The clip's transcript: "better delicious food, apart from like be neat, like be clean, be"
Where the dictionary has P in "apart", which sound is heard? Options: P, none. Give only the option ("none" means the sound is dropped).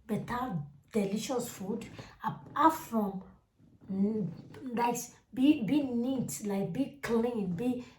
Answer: none